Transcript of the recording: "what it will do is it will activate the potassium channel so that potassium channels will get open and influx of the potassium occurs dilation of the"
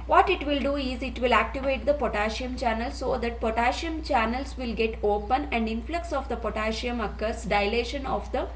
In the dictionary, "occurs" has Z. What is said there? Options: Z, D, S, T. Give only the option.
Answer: S